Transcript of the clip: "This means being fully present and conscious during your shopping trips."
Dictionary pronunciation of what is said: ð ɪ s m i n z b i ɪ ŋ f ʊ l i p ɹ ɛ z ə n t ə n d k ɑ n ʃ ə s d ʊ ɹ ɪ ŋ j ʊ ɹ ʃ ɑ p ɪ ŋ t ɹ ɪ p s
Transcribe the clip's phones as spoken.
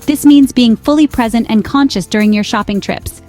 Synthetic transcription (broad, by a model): ð ɪ s m i n z b i ɪ ŋ f ʊ l i p ɹ ɛ z ə n t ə n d k ɑ n ʃ ə s d ʊ ɹ ɪ ŋ j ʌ ɹ ʃ ɑ p ɪ ŋ t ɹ ɪ p s